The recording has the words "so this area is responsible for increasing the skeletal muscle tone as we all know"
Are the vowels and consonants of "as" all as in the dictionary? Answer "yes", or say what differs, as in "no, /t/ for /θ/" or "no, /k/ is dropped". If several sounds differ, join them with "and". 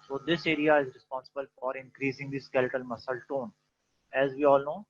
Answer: yes